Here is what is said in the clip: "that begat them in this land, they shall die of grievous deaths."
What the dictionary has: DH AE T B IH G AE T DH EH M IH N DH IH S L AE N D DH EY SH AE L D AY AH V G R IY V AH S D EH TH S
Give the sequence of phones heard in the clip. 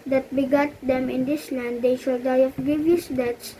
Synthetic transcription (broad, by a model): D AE T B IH G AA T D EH M IH N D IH S L AE N D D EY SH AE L D AY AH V G IY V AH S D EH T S